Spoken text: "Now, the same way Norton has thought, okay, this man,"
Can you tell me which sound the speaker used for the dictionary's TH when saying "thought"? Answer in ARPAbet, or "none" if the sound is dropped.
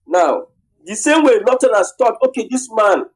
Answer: T